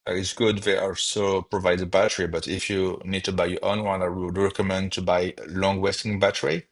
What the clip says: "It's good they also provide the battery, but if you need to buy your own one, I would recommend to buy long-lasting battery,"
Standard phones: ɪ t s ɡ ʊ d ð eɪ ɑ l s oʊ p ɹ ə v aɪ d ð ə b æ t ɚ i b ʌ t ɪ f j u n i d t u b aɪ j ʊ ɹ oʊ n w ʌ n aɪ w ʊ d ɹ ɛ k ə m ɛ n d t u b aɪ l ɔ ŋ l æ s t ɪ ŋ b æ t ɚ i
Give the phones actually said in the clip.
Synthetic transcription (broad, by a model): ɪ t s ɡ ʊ d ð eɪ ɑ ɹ s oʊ p ɹ ə v aɪ d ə b æ t ɚ i b ʌ t ɪ f j u n i d t u b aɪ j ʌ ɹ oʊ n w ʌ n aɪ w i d ɹ ɛ k ə m ɛ n d t u b aɪ l ɔ ŋ w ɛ s t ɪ ŋ b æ t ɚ i